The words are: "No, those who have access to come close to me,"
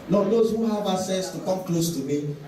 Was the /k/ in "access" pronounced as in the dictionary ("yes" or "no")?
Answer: no